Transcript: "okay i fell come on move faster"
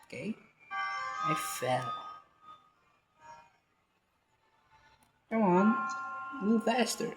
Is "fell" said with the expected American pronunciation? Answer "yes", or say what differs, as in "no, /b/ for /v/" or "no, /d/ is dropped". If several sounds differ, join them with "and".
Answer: yes